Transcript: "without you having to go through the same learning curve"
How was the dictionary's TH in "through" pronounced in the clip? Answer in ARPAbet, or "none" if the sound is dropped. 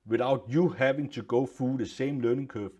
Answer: F